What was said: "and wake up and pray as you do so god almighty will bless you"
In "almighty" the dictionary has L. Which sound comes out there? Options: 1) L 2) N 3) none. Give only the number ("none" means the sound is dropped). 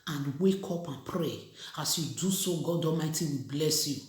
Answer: 3